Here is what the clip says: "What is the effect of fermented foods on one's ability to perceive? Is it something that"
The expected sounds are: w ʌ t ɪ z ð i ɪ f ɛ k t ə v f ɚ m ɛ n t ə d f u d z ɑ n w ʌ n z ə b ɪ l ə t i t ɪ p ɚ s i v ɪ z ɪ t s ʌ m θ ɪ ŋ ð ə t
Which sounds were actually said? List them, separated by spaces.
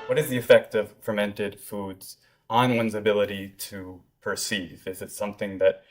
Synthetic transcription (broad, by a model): w ʌ t ɪ z ð i ɪ f ɛ k t ə v f ɚ m ɛ n t ə d f u d z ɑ n w ʌ n z ə b ɪ l ə t i t ɪ p ɚ s i v ɪ z ɪ t s ʌ m θ ɪ ŋ ð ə t